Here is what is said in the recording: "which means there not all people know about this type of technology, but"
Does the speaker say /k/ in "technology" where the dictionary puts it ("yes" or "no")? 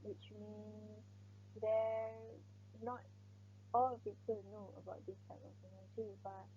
no